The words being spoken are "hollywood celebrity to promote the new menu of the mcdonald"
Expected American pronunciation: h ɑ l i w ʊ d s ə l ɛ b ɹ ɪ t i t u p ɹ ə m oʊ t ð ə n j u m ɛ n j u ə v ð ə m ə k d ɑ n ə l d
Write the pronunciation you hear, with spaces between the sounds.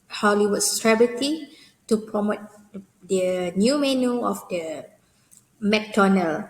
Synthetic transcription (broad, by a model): h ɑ l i w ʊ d s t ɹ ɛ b ɪ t i t u p ɹ ə m oʊ t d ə n j u m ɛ n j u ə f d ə m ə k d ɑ n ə l